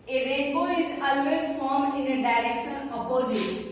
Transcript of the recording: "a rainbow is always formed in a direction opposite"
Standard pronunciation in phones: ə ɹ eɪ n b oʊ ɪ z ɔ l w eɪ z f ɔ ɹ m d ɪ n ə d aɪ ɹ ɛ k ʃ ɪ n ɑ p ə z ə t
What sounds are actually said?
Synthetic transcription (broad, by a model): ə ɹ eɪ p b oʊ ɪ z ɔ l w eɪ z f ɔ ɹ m ɪ n ə d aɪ ɹ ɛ k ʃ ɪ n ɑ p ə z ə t